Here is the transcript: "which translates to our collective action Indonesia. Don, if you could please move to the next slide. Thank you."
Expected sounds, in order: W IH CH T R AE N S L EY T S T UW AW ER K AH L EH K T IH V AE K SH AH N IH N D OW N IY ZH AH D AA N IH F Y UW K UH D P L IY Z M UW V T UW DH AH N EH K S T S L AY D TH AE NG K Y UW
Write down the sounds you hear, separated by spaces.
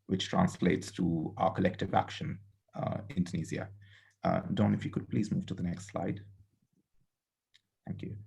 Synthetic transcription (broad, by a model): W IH CH T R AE N S L EY T S T UW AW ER K AH L EH K T IH V AE K SH AH N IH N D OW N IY Z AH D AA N IH F Y UW K UH D P L IY Z M UW V T UW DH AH N EH K S T S L AY D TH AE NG K Y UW